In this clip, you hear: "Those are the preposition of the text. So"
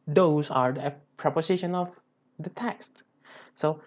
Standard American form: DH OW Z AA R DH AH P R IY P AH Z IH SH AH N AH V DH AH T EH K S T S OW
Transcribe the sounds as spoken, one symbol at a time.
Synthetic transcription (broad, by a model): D OW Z AA R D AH P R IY P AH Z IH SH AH N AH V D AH T EH K S T S OW